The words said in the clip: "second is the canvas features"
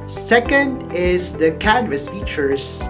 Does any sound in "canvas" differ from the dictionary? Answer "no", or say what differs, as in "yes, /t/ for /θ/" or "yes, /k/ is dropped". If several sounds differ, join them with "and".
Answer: no